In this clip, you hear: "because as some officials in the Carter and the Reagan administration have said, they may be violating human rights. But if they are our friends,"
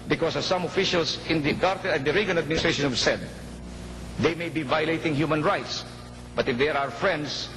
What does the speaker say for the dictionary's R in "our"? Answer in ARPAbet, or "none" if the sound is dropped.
R